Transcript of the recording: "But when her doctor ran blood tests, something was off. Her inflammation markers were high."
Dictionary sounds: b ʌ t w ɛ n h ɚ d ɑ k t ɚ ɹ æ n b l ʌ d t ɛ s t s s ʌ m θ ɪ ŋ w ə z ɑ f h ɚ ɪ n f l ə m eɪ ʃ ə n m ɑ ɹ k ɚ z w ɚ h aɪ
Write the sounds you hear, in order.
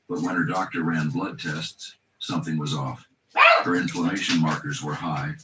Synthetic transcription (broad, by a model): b ʌ t w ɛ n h ɚ d ɑ k t ɚ ɹ æ n b l ʌ d t ɛ s t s s ʌ m θ ɪ ŋ w ə z ɑ f h ɚ ɪ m f l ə m eɪ ʃ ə n m ɑ ɹ k ɚ z w ɚ h aɪ